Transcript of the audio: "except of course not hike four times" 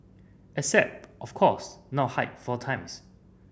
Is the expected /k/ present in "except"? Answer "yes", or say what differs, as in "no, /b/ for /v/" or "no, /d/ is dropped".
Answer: no, /k/ is dropped